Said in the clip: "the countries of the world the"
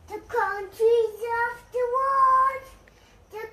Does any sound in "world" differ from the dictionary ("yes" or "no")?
yes